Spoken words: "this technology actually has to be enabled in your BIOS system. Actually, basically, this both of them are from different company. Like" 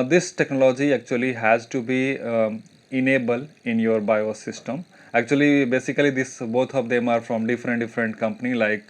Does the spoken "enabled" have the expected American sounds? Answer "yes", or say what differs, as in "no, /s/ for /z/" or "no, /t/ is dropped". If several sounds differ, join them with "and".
no, /d/ is dropped